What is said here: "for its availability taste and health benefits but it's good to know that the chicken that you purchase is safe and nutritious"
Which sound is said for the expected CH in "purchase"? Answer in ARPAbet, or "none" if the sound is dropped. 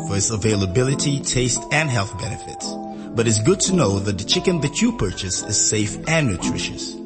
CH